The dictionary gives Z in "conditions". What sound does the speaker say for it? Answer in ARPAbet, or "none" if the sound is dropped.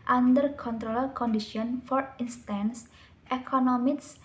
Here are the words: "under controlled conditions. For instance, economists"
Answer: none